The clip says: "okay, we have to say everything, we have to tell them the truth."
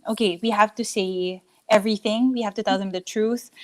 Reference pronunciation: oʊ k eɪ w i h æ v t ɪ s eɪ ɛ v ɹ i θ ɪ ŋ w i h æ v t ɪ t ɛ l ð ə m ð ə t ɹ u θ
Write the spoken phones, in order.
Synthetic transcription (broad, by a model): oʊ k eɪ w i h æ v t ɪ s eɪ ɛ v ɹ i θ ɪ ŋ w i h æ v t ɪ t ɛ l ð ə m ð ə t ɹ u θ